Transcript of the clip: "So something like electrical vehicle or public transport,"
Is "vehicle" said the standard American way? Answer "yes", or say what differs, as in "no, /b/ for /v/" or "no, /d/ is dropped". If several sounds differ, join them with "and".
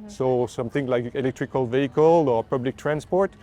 yes